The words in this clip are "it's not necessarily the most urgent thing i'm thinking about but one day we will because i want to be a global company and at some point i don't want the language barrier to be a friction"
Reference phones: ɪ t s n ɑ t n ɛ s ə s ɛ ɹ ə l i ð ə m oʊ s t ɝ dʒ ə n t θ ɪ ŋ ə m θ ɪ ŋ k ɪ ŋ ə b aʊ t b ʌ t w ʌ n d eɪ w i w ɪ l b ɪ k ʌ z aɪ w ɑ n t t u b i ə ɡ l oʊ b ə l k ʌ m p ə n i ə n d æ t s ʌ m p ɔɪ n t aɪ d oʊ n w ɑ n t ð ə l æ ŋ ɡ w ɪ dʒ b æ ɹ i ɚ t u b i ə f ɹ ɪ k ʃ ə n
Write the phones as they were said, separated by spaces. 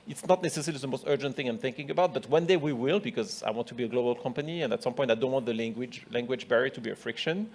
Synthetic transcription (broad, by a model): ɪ t s n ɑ t n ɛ s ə s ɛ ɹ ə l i ð ə m oʊ s t ɝ dʒ ə n t θ ɪ ŋ ə m θ ɪ ŋ k ɪ ŋ ə b aʊ t b ʌ t w ʌ n d eɪ w i w ɪ l b ɪ k ʌ z aɪ w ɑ n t t u b i ə ɡ l oʊ b ə l k ʌ m p ə n i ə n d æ t s ʌ m p ɔɪ n t aɪ d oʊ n w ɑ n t ð ə l æ ŋ ɡ w ɪ dʒ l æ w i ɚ t u b i ə f ɹ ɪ k ʃ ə n